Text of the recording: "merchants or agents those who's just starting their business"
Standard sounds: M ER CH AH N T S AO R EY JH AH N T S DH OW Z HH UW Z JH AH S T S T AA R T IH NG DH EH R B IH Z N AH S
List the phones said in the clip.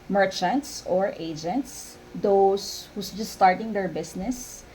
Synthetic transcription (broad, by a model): M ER CH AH N T S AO R EY JH AH N T S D OW S HH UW S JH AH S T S T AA R T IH NG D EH R B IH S N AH S